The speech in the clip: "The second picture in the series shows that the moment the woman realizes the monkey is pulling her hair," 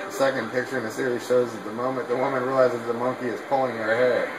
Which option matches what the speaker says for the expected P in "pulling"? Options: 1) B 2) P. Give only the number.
2